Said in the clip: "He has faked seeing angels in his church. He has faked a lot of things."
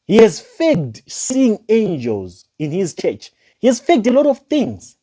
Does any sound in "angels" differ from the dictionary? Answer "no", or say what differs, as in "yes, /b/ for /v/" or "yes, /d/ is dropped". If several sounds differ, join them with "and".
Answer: no